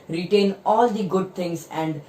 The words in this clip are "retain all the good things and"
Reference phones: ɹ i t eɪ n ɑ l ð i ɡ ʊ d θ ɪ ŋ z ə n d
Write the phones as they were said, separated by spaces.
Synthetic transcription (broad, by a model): ɹ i t eɪ n ɑ l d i ɡ ʊ d t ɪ ŋ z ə n d